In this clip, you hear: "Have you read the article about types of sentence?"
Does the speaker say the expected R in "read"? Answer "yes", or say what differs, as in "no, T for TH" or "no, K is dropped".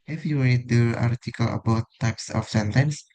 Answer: no, L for R